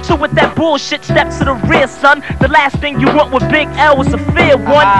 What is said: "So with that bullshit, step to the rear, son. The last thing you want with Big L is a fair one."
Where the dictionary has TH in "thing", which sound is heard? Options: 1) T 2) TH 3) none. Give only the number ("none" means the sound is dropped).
2